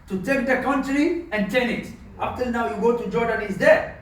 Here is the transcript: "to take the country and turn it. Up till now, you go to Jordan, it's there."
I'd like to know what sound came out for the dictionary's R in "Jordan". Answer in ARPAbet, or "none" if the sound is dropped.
R